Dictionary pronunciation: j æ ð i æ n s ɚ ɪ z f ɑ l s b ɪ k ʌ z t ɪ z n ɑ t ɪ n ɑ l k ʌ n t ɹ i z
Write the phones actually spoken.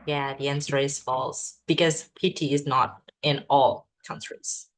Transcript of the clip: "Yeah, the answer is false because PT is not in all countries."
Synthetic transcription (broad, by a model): j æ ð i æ n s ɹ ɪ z f ɑ l s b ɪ k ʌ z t ɪ z n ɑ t ɪ n ɑ l k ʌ n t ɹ i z